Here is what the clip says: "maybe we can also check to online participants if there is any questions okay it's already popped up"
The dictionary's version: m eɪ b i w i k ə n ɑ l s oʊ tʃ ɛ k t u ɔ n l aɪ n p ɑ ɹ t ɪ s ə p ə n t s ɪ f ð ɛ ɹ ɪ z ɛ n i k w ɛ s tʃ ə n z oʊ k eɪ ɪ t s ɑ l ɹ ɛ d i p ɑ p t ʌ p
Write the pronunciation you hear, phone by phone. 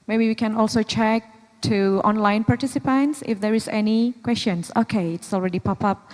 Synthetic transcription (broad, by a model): m eɪ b i w i k ə n ɑ l s oʊ tʃ ɛ k t u ɔ n l aɪ n p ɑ ɹ t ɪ s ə p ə n t s ɪ f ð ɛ ɹ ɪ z ɛ n i k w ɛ s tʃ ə n s oʊ k eɪ ɪ t s ɑ l ɹ ɛ d i p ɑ p ʌ p